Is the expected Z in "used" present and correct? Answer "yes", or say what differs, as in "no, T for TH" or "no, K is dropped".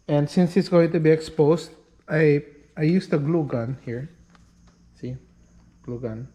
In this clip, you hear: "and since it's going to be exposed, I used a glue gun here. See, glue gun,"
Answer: no, S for Z